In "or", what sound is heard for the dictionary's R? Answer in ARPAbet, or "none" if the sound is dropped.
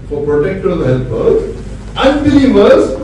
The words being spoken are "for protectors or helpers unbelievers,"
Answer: L